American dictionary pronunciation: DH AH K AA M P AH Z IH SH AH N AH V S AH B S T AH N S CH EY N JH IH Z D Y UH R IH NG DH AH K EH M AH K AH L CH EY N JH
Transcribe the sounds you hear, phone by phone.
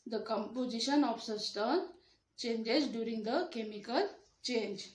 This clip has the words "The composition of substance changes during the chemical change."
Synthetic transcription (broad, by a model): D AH K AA M P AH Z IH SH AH N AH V S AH S T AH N CH EY N JH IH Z D Y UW R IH NG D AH K EH M AH K AH L CH EY N JH